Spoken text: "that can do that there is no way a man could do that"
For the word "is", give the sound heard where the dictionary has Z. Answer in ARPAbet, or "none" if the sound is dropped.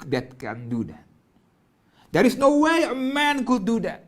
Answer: S